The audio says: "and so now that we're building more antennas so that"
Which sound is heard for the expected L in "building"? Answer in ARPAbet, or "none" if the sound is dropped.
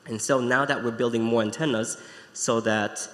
L